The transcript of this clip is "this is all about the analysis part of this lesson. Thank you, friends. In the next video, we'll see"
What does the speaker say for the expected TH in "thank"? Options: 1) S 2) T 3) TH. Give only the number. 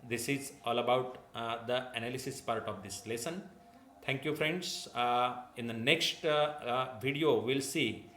2